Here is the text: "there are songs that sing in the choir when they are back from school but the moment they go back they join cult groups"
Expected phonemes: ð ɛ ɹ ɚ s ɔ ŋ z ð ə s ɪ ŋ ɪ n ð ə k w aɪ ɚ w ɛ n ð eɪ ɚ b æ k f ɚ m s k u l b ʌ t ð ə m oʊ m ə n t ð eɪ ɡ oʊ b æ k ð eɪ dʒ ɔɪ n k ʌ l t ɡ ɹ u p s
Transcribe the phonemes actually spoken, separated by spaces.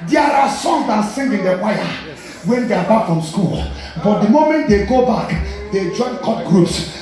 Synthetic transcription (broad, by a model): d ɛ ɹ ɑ s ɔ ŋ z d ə s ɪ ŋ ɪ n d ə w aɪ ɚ w ɛ n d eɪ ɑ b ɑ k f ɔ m s k u l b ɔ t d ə m oʊ m ə n t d eɪ ɡ oʊ b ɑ k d eɪ dʒ ɔɪ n k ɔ t ɡ ɹ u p s